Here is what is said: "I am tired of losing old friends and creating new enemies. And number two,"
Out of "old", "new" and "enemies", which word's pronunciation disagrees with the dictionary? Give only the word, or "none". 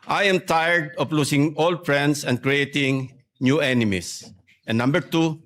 enemies